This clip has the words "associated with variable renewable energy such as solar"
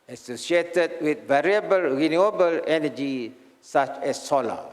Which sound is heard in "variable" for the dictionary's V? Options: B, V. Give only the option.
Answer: V